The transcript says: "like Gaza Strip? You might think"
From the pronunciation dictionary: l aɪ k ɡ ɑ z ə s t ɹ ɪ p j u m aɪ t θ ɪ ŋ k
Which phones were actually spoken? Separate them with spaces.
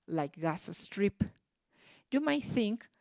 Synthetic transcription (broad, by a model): l aɪ k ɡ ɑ s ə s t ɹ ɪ p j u m aɪ t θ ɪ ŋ k